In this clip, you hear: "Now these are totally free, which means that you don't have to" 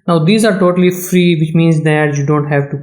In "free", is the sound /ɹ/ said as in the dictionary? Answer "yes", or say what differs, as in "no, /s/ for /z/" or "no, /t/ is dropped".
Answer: yes